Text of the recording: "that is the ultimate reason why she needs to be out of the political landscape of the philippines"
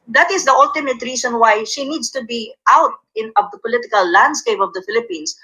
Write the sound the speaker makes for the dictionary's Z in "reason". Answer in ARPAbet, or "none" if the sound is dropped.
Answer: S